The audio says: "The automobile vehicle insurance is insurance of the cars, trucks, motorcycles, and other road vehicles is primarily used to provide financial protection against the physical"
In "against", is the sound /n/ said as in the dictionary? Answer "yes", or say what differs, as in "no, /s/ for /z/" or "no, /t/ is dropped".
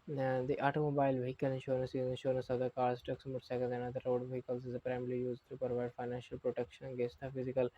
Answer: no, /n/ is dropped